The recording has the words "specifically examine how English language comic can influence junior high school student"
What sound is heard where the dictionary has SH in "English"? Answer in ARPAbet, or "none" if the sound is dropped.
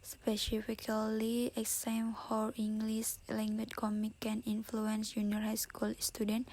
S